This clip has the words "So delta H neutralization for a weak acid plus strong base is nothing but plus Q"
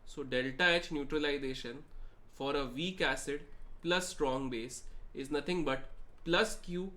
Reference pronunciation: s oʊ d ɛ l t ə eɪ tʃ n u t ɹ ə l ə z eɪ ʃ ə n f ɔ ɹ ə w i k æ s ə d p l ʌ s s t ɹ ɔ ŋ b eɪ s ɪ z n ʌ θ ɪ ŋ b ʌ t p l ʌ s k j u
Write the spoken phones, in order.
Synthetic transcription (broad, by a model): s oʊ d ɛ l t ə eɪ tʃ n u t ɹ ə l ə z eɪ ʃ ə n f ɔ ɹ ə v i k æ s ə d p l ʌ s s t ɹ ɔ ŋ b eɪ s ɪ z n ʌ t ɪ ŋ b ʌ t p l ʌ s k j u